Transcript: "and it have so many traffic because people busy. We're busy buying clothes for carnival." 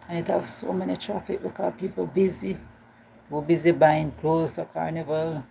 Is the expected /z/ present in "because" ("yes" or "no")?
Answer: no